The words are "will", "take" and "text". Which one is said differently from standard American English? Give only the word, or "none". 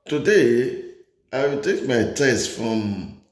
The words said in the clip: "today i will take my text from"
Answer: text